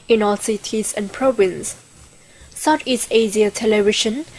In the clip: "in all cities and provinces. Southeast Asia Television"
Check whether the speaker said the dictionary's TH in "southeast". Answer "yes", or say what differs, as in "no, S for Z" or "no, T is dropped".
no, T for TH